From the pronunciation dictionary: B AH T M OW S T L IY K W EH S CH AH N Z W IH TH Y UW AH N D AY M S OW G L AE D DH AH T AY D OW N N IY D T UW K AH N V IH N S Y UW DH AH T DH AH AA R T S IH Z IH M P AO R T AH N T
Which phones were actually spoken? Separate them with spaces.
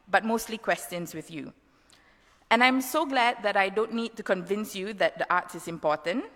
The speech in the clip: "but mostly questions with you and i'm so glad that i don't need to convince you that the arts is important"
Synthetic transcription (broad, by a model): B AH T M OW S T L IY K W EH S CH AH N S W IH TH Y UW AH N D AY M S OW G L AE D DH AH T AY D OW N N IY D T UW K AH N V IH N S Y UW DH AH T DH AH AA T S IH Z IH M P AO T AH N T